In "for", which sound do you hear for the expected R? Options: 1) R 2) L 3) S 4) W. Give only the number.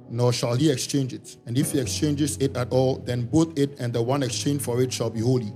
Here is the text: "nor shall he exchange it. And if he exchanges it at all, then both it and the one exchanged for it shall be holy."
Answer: 1